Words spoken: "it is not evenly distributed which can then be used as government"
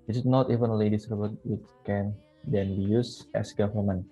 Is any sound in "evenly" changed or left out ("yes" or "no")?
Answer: no